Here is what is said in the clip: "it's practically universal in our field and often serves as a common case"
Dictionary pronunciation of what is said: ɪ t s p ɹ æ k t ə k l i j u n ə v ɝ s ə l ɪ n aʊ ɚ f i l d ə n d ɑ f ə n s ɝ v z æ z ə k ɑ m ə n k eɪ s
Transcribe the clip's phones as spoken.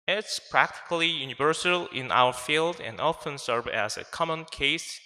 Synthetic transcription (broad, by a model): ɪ t s p ɹ æ k t ə k l i j u n ə v ɝ s ə l ɪ n aʊ ɚ f i l d ə n d ɑ f ə n s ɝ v æ z ə k ɑ m ə n k eɪ s